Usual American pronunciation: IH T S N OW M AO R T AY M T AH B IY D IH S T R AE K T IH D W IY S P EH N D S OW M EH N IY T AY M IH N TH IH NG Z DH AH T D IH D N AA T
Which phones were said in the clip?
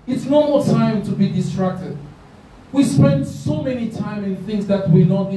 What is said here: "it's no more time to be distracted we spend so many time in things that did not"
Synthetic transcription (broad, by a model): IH T S N OW M AO T AY M T AH B IY D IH S T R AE K T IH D W IY S P EH N D S OW M EH N IY T AY M IH N TH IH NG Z DH AH T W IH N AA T